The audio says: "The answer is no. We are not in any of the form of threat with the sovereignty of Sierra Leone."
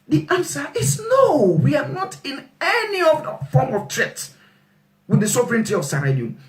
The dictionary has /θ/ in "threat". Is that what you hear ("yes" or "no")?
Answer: no